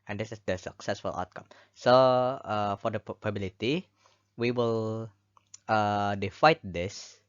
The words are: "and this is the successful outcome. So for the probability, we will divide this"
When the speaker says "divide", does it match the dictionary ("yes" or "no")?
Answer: no